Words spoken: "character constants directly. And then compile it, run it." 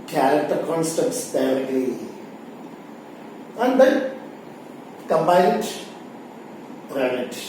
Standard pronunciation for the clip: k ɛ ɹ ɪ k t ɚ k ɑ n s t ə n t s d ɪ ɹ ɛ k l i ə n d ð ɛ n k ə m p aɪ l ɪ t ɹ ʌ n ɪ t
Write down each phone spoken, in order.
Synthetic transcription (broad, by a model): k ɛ ɹ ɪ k t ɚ k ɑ n s t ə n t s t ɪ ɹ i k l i ə n d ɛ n k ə m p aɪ n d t ɹ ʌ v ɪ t